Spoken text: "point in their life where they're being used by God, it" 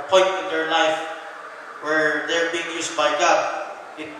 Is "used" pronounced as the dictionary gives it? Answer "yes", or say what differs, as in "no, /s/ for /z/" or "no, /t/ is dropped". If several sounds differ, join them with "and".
no, /s/ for /z/